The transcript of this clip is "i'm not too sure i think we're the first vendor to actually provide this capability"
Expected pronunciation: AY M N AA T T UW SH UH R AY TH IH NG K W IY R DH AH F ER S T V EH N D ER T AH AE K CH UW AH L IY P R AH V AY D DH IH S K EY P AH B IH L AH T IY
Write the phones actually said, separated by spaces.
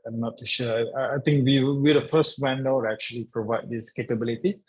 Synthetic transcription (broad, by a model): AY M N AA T T UW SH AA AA AY T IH NG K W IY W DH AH F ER S T W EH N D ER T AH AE K CH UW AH L IY P R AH V AY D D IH S K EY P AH B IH L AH T IY